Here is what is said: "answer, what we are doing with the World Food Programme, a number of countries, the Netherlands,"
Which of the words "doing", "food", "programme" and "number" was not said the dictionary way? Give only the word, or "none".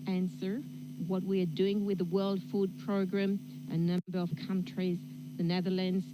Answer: number